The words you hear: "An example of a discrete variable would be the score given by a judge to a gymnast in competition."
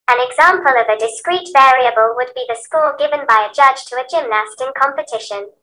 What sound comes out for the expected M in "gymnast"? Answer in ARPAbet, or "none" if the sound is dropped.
M